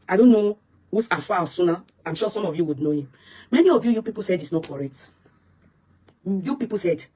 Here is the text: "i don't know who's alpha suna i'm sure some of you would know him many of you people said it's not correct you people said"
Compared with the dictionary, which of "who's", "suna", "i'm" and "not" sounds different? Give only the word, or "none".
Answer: who's